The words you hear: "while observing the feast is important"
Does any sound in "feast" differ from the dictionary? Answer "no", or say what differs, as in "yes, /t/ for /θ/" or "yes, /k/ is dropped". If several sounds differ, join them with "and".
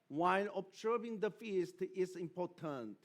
no